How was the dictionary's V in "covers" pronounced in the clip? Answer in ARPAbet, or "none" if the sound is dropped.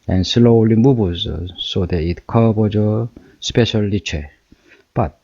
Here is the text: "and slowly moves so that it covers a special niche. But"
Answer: B